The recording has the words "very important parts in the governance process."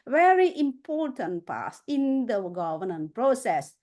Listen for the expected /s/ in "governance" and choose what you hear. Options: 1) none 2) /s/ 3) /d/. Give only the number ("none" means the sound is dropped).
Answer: 1